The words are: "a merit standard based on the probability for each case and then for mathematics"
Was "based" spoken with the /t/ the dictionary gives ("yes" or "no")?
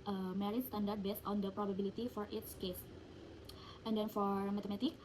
yes